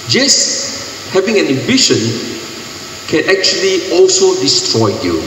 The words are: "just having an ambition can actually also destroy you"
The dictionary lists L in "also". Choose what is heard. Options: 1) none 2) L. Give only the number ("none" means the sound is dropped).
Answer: 2